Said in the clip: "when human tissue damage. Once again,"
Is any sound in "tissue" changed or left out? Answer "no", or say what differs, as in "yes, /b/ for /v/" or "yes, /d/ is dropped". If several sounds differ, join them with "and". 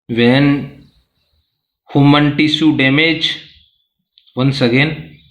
yes, /s/ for /ʃ/